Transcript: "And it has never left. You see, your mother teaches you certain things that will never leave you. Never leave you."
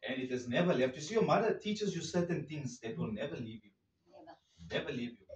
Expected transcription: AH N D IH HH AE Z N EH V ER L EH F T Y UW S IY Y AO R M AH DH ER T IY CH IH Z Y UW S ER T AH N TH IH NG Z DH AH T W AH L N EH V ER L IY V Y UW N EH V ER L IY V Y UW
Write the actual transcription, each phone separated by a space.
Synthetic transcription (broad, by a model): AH N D IH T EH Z N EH V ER L EH F T Y UW S IY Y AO M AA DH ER T IY CH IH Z Y UW S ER T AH N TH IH NG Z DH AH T W AH L N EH V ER L IY V Y UW N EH V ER L IY V Y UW